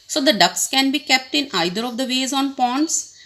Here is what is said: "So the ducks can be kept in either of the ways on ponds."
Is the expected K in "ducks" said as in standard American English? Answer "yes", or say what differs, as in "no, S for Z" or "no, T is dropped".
yes